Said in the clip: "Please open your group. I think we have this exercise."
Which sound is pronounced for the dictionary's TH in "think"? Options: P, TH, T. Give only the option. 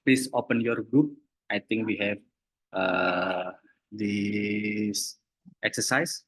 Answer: T